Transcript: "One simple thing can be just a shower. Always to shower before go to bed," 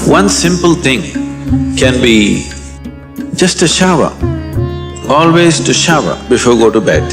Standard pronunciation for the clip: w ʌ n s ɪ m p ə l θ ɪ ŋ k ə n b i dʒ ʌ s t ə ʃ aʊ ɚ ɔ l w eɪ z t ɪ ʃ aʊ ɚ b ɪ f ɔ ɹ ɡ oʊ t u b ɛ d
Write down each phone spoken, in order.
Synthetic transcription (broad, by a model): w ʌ n s ɪ m p ə l t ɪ ŋ k ə n b i dʒ ʌ s t ə ʃ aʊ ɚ ɔ l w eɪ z t ɪ ʃ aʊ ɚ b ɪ f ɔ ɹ ɡ oʊ t u b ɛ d